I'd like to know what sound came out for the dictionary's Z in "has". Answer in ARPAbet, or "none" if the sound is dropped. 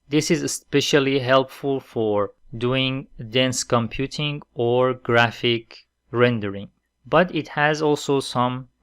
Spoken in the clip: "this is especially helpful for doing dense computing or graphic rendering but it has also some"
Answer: Z